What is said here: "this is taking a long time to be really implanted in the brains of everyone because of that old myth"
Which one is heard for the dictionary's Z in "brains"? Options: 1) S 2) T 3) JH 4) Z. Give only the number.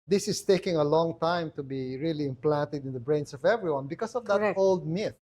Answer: 1